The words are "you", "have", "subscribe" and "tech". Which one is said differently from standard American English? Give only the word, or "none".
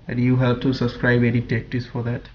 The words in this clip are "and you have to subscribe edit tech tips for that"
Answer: have